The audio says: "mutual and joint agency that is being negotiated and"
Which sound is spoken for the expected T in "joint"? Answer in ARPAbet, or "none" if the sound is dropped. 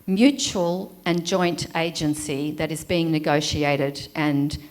T